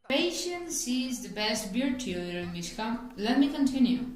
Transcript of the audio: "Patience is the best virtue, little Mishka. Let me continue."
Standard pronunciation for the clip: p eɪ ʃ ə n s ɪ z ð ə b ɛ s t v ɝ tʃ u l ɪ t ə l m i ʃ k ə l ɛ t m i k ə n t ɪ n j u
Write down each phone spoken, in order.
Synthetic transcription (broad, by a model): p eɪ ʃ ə n s ɪ z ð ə b ɛ s t b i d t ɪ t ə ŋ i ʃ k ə l ɛ t m i k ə n t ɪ n j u